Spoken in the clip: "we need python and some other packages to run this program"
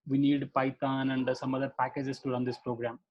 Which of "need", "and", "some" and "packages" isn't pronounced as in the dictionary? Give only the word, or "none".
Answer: packages